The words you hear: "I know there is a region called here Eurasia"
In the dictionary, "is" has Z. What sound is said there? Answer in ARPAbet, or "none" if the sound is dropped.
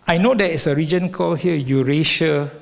S